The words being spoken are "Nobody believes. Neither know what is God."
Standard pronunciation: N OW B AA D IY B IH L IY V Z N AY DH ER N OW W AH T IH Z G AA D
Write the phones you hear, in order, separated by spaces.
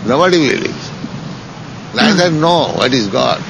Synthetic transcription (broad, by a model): N OW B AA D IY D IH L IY Z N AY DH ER N OW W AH T IH Z G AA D